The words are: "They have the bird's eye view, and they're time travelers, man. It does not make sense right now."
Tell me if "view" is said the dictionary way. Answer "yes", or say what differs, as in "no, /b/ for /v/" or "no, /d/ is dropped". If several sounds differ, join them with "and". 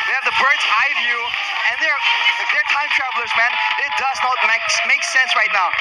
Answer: yes